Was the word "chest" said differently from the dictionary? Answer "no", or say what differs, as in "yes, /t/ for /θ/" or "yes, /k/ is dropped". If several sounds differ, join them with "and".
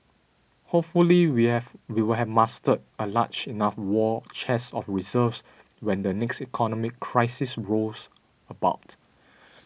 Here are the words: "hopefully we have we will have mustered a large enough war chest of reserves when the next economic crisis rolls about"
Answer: yes, /t/ is dropped